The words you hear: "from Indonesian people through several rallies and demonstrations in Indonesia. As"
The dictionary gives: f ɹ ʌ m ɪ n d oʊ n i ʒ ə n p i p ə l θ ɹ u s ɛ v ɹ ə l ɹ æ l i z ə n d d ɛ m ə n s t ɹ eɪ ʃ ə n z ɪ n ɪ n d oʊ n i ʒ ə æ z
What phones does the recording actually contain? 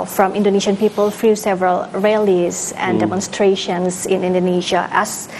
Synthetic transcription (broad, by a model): f ɹ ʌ m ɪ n d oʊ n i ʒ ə n p i p ə l f ɹ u s ɛ v ɹ ə l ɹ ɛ l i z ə n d d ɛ m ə n s t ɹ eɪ ʃ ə n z ɪ n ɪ n d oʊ n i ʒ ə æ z